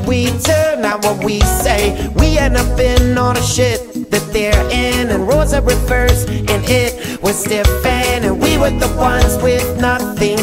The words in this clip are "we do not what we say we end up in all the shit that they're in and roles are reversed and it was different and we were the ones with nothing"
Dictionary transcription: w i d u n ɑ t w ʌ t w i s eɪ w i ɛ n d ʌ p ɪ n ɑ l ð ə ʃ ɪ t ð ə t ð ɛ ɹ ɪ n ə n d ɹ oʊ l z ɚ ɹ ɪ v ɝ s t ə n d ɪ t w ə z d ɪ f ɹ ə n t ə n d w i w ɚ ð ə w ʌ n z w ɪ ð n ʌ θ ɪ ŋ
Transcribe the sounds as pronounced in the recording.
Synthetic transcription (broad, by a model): w i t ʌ n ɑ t w ʌ t w i s eɪ w i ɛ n ʌ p ɪ n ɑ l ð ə ʃ ɪ t ð ə t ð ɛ ɹ ɪ n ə n ɹ oʊ z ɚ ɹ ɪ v ɝ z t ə n ɪ t w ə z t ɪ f ə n ə n w i w ɚ ð ə w ʌ n z w ɪ ð n ʌ θ ɪ ŋ